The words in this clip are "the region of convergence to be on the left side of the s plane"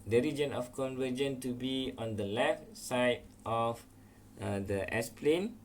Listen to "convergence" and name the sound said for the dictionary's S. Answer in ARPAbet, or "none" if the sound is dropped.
none